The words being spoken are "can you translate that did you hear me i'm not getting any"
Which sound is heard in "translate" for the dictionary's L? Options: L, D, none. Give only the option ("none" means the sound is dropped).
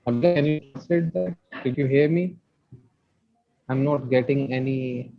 none